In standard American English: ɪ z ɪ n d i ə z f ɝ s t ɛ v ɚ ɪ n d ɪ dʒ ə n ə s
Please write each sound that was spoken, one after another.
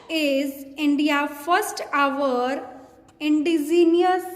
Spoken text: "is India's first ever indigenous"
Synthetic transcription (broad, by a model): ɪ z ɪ n d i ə f ɝ s t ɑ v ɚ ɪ n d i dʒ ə n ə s